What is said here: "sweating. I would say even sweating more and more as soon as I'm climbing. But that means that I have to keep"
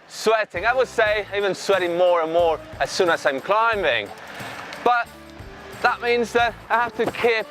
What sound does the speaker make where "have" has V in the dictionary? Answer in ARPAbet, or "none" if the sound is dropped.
F